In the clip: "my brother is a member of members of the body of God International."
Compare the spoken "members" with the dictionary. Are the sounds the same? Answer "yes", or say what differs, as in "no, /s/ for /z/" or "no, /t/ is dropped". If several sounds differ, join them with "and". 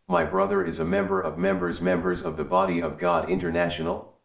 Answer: yes